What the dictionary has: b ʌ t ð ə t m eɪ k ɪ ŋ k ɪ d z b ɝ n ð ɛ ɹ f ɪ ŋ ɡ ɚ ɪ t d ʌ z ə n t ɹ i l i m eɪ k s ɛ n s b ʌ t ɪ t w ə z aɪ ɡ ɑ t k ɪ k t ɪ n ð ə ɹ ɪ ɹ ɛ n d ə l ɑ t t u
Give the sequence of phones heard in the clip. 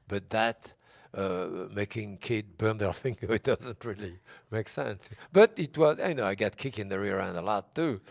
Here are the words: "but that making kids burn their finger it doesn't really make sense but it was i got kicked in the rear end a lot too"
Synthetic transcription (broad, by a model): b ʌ t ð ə t m eɪ k ɪ ŋ k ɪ d b ɝ n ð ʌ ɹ f ɪ ŋ ɡ ɚ ɪ t d ʌ z ə n t ɹ i l i m eɪ k s ɛ n s b ʌ t ɪ t w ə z aɪ ɡ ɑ t k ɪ k ɪ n ð ə ɹ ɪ ɹ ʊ n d ə l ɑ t t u